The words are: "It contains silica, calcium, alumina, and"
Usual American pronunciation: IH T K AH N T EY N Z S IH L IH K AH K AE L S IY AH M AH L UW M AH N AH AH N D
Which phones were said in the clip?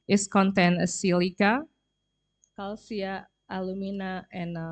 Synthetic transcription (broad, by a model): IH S K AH N T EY N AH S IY L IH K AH K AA L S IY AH AH L UW M AH N AH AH N